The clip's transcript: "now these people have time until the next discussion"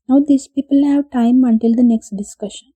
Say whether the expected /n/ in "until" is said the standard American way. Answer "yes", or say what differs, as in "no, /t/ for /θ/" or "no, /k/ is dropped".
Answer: yes